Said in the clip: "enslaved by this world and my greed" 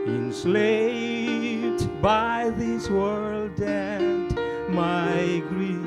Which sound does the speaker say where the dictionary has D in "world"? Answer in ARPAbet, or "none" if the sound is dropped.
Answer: D